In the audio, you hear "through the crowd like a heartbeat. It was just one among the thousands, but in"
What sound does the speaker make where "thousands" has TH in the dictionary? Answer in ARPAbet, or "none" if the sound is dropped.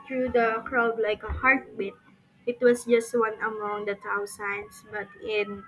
T